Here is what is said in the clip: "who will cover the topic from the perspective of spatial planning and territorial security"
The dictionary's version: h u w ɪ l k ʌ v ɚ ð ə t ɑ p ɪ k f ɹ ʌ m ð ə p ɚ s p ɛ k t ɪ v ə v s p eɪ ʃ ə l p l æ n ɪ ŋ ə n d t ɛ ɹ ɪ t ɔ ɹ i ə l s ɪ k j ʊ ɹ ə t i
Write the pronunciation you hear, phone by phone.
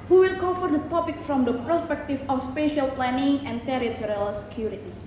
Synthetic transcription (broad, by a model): h u w ɪ l k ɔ f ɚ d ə t ɑ p ɪ k f ɹ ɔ m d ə p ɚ s p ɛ k t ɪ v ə f s p eɪ ʃ ə l p l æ n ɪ ŋ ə n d t ɛ ɹ ɪ t ɔ ɹ i ə l s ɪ k j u ɹ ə t i